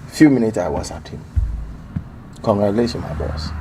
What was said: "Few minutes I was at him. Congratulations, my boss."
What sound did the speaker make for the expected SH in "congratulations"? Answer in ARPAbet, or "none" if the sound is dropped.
S